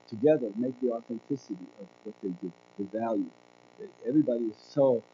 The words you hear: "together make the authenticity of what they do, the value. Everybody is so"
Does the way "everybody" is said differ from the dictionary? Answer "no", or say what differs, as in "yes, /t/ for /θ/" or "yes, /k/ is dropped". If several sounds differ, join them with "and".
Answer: no